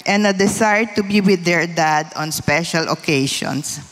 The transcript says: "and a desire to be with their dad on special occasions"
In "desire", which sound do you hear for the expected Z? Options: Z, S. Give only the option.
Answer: S